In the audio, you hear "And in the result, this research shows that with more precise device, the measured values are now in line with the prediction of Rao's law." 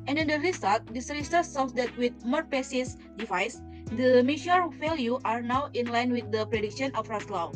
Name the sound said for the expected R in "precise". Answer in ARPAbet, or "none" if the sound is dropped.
none